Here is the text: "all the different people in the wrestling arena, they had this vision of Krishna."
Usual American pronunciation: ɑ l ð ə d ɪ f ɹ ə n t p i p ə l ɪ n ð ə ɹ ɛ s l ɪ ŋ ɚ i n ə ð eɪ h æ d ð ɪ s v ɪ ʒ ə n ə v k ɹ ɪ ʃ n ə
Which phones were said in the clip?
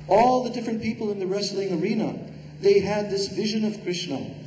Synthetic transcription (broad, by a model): ɑ l ð ə d ɪ f ɹ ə n p i p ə l ɪ n ð ə ɹ ɛ s l ɪ ŋ ɚ i n ə ð eɪ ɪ d ð ɪ s v ɪ ʒ ə n ə v k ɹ ɪ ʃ n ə